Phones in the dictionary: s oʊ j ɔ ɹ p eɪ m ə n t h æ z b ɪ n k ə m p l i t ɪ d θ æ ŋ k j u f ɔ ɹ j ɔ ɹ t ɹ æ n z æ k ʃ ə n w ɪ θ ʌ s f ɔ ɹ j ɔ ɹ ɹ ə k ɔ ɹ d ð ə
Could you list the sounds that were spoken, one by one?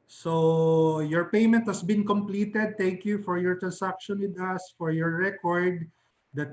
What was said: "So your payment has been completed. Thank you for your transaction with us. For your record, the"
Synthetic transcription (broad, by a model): s oʊ j ɔ ɹ p eɪ m ə n t h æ s b ɪ n k ə m p l i t ɪ d t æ ŋ k j u f ɔ ɹ j ɔ ɹ t ɹ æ n s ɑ k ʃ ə n w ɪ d ʌ s f ɔ ɹ j ɔ ɹ ɹ ə k ɔ ɹ d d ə